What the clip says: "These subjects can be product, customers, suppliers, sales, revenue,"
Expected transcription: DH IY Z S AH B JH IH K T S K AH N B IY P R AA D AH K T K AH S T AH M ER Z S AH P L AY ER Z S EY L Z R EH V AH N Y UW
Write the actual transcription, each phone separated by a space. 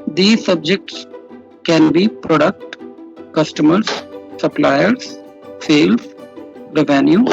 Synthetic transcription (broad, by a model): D IY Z S AH B JH IH K T S K AH N B IY P R AA D AH K T K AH S T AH M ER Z S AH P L AY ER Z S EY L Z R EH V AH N Y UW